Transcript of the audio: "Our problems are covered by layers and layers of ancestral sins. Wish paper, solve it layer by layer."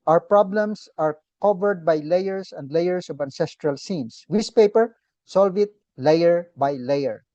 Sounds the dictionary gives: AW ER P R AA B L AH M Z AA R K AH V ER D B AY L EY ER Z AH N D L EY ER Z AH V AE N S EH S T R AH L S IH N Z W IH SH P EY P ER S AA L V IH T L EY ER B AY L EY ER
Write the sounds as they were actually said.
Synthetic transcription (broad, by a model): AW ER P R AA B L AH M S AA R K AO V ER D B AY L EY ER S AH N D L EY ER S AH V AE N S EH S T R AH L S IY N S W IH S P EY P ER S AA L V IH T L EY ER B AY L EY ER